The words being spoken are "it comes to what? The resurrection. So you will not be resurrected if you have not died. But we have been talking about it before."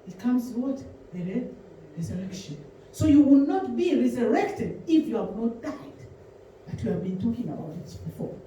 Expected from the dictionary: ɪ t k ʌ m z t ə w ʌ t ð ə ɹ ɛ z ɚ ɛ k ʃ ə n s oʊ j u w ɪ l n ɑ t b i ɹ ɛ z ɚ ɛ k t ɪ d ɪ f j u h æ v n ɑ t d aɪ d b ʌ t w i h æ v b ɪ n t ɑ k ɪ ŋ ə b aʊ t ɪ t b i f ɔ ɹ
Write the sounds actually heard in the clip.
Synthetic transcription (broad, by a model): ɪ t k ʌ m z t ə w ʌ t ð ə ɹ ɛ z ɚ ɛ k ʃ ə n s oʊ j u w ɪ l n ɑ t b i ɹ ɛ z ɚ ɛ k t ɪ d ɪ f j u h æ v n ɑ t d aɪ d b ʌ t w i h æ v b ɪ n t ɑ k ɪ ŋ ə b aʊ t ɪ t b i f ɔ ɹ